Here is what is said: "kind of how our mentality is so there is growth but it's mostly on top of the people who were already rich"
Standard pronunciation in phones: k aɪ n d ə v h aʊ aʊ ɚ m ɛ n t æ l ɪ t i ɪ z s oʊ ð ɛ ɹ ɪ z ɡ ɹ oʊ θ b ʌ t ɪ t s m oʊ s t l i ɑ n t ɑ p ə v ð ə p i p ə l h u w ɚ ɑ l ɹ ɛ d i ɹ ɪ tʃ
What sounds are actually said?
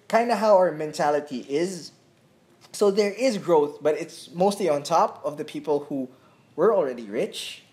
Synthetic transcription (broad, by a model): k aɪ n d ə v h aʊ aʊ ɚ m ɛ n t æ l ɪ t i ɪ z s oʊ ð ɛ ɹ ɪ z ɡ ɹ oʊ θ b ʌ t ɪ t s m oʊ s t l i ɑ n t ɑ p ə v ð ə p i p ə l h u w ɚ ɑ l ɹ ɛ d i ɹ ɪ tʃ